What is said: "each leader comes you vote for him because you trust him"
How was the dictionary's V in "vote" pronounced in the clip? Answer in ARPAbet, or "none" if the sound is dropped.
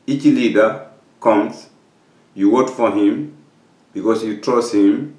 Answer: W